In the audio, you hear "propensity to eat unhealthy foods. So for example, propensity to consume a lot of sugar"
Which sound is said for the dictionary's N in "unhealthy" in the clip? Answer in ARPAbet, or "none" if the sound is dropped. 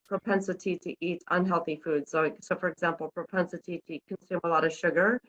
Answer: N